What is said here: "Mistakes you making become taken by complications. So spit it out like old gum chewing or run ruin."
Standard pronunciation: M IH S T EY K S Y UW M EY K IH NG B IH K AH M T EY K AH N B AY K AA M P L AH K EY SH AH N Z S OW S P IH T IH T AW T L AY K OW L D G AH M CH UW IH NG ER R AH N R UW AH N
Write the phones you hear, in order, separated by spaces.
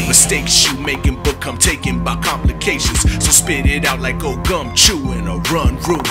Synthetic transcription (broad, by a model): M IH S T EY K S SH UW M EY K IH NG B IH K AH M T EY K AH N B AY K AA M P L AH K EY SH AH N Z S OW S P IH T IH T AW T L AY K OW G AH M CH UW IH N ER R AH N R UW